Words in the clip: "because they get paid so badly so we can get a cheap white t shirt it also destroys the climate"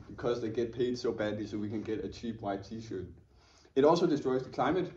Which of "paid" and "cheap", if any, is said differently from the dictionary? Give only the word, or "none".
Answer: none